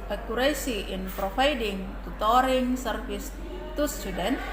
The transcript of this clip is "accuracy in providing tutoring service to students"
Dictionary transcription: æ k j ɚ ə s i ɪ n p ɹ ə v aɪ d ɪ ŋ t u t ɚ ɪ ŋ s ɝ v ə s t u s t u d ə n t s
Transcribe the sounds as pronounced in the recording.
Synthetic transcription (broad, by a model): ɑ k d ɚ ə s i ɪ n p ɹ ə f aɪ d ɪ ŋ t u t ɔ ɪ ŋ s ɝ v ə s t u s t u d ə n